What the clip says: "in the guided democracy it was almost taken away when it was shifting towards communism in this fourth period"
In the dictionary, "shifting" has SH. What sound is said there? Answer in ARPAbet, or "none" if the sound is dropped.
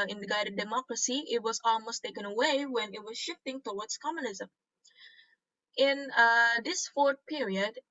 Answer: SH